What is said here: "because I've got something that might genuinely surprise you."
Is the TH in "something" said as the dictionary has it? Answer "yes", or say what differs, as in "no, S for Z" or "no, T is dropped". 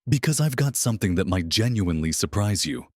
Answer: yes